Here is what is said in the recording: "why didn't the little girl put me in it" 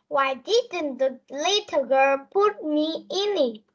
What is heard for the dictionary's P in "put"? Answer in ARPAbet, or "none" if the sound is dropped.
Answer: P